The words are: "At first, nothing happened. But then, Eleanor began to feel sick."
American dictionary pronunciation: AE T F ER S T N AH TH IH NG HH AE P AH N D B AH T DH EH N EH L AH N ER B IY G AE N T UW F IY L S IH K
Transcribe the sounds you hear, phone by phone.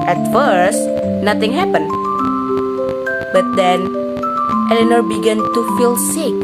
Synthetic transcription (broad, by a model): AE T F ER S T N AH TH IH NG HH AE P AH N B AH T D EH N EH L AH N ER B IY G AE N T UW F IY L S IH K